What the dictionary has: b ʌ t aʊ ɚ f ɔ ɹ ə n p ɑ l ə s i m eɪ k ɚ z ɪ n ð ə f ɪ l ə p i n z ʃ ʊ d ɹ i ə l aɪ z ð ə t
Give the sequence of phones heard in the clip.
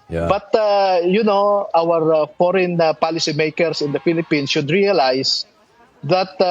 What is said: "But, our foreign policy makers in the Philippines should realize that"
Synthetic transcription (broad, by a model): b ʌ t aʊ ɚ f ɔ ɹ ə n p ɑ l ə s i m eɪ k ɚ s ɪ n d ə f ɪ l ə p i n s ʃ ʊ d ɹ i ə l aɪ s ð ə t